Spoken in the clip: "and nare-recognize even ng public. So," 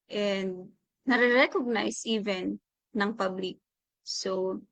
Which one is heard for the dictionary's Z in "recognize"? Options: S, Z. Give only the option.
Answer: S